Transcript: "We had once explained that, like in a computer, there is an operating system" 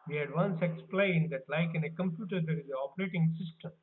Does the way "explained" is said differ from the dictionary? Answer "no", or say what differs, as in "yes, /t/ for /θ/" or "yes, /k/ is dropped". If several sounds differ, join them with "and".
no